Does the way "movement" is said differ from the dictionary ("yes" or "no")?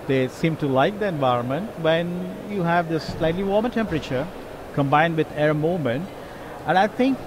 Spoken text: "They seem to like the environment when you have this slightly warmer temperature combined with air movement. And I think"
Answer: yes